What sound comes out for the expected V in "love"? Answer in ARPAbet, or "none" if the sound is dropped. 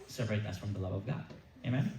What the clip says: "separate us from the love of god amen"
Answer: V